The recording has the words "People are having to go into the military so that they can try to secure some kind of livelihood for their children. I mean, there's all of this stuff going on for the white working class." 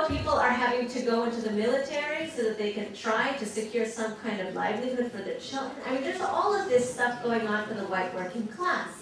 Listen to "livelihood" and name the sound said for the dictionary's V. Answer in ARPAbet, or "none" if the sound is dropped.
V